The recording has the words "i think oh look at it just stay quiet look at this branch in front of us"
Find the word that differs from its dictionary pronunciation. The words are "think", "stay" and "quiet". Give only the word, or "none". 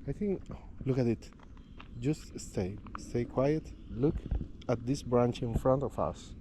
none